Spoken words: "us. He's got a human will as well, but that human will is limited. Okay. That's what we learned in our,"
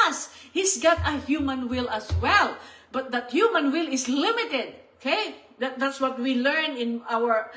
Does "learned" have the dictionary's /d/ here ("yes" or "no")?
no